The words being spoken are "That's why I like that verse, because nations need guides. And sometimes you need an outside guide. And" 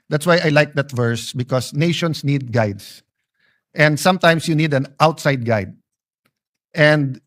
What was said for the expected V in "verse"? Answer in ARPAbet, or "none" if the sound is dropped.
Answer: V